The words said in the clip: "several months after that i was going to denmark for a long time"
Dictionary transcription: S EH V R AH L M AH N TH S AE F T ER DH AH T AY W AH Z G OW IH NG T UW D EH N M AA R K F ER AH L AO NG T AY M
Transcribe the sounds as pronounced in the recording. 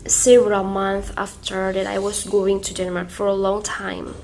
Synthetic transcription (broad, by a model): S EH V R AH L M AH N TH AE F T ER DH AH T AY W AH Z G OW IH NG T UW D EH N M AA R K F ER AH L AO NG T AY M